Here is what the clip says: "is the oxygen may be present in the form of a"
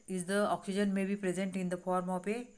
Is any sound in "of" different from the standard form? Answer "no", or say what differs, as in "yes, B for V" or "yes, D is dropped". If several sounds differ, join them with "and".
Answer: yes, P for V